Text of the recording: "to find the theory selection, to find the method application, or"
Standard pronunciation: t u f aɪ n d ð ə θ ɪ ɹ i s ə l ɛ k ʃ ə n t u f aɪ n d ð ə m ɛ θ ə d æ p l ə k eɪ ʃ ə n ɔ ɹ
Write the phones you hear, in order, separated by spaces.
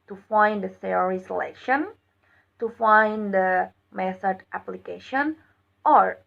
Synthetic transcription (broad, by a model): t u f aɪ n d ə s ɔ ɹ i s ə l ɛ k ʃ ə n t u f aɪ n d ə m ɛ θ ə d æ p l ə k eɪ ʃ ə n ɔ ɹ